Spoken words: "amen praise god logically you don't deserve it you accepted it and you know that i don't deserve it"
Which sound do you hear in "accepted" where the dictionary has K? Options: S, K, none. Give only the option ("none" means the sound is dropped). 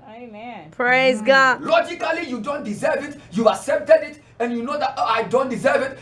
none